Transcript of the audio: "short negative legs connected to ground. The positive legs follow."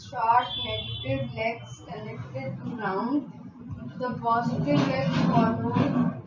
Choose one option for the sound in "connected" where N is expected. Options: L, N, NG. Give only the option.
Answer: L